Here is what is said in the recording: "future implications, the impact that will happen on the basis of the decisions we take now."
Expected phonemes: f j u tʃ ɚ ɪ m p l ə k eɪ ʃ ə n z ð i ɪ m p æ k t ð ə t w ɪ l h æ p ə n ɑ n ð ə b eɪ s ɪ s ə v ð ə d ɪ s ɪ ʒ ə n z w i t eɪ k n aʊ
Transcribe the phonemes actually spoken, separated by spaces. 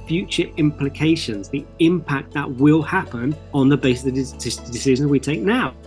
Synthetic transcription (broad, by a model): f j u tʃ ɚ ɪ m p l ə k eɪ ʃ ə n z ð i ɪ m p æ k t ð ə t w ɪ l h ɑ p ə n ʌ n ð ə b eɪ s ɪ s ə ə d ɪ s ɪ ʒ ə n z w i t eɪ k n aʊ